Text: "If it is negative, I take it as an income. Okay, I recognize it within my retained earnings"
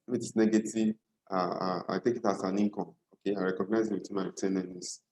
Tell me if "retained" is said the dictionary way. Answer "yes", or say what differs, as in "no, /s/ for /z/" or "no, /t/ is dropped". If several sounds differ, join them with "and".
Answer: no, /d/ is dropped